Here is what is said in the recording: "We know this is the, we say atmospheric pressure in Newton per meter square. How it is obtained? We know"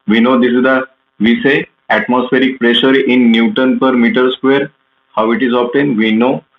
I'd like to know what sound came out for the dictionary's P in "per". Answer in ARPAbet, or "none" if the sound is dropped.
P